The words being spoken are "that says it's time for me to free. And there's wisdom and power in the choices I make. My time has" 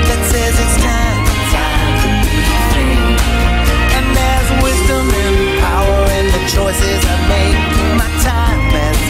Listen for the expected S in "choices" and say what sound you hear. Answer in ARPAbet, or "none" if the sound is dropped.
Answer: S